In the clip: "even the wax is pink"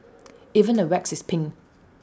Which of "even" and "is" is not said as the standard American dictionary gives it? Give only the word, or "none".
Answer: is